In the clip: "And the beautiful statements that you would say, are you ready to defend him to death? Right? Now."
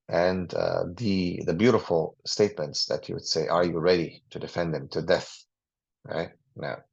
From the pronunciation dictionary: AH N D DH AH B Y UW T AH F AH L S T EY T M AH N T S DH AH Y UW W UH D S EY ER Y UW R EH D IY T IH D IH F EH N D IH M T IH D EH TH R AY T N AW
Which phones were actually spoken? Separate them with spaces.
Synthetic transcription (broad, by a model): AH N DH DH AH B Y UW T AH F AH L S T EY T M AH N T S DH AH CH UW W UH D S EY ER Y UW R EH D IY T IH D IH F EH N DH IH M T IH D EH TH R AY T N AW